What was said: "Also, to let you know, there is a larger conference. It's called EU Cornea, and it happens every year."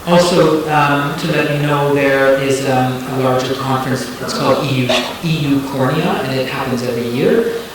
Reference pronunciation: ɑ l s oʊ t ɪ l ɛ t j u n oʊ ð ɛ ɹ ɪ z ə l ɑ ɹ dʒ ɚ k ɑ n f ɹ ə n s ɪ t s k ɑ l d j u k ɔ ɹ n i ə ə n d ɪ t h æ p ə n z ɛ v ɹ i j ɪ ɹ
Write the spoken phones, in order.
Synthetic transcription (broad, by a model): ɑ l s oʊ t ɪ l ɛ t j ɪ n oʊ ð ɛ ɹ ɪ z ə l ɑ ɹ dʒ ɚ k ɑ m f ɹ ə n s ɪ t s k ɑ l d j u k ɔ ɹ n i ə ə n ɪ t h æ p ə n z ɛ v ɹ i j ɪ ɹ